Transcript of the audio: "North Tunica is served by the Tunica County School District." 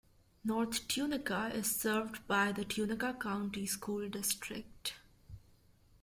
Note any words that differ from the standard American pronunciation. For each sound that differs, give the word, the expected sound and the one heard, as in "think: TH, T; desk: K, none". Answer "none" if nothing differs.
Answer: north: TH, T